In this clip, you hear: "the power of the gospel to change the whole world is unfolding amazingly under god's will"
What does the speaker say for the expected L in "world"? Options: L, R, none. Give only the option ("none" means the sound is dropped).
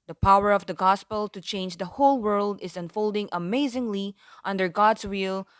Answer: L